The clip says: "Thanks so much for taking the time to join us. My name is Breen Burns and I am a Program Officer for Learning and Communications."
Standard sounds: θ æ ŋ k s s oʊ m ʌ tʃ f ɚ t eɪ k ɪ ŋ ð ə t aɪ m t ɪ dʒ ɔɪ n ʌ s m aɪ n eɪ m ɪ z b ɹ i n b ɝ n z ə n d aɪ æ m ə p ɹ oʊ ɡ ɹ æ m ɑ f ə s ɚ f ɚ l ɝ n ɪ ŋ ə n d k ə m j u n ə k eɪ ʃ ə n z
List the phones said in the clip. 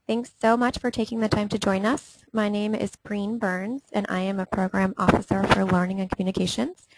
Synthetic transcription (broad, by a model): θ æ ŋ k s s oʊ m ʌ tʃ f ɚ t eɪ k ɪ ŋ ð ə t aɪ m t ɪ dʒ ɔɪ n ʌ s m aɪ n eɪ m ɪ z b ɹ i n b ɝ n z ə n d aɪ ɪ m ə p ɹ oʊ ɡ ɹ æ m ɑ f ə s ɚ f ɚ l ɝ n ɪ ŋ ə n k m j u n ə k eɪ ʃ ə n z